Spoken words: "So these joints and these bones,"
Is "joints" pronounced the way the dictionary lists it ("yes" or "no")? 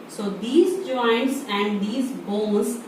yes